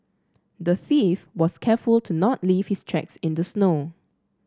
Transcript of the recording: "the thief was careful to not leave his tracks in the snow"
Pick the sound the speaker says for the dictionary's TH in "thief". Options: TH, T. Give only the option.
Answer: TH